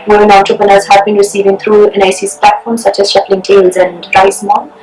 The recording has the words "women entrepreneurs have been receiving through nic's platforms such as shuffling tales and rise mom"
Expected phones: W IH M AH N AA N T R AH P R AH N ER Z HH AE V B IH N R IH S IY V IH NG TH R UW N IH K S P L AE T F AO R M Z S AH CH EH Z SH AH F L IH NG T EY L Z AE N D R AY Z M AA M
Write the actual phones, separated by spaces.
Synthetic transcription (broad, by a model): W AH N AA N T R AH P R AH N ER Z HH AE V B IH N R IH S IY V IH NG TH R UW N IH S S P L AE T F AO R M S AH CH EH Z SH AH P L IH NG T EY L Z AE N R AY S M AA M